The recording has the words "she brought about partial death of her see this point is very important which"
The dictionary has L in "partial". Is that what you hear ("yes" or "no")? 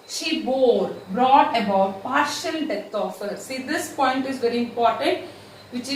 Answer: yes